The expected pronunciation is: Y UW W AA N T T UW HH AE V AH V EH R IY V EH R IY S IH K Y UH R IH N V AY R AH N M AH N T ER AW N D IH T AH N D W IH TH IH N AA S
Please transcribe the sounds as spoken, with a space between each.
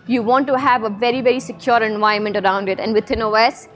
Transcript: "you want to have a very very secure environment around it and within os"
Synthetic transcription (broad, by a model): Y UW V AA N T T UW HH AE V AH V EH R IY V EH R IY S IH K Y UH R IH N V AY AH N M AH N T ER AW N D IH T AH N D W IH T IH N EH S